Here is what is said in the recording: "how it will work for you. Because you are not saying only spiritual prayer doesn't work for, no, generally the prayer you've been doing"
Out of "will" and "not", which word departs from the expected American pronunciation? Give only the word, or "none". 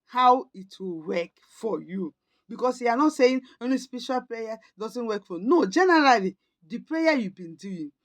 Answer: none